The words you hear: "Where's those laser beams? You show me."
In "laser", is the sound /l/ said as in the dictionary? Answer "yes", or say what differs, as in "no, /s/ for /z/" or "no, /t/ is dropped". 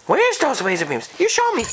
no, /w/ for /l/